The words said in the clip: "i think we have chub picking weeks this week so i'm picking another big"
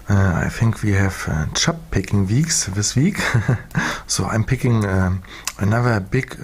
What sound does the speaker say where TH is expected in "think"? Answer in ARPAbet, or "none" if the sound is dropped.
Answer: TH